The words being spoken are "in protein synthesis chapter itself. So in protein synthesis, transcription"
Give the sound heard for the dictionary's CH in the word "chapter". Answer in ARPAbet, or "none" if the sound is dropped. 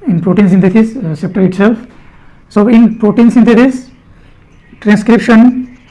S